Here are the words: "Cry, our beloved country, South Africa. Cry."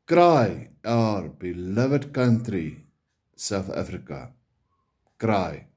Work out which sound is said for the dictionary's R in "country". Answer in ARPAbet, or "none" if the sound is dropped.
R